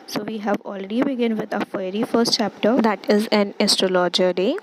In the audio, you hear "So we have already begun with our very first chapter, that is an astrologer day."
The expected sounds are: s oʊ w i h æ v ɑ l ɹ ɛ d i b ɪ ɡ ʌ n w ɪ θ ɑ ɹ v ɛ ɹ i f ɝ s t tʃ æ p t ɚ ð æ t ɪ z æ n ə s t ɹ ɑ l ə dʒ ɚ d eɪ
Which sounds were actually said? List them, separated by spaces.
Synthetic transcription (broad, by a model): s oʊ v i h æ v ɑ l ɹ ɛ d i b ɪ ɡ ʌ n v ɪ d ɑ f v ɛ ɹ i f ɝ s t tʃ æ p t ɚ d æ t ɪ z æ n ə s t ɹ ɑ l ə dʒ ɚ d eɪ